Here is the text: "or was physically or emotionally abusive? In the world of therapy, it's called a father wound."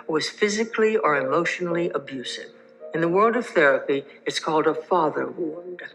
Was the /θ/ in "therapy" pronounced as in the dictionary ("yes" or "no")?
yes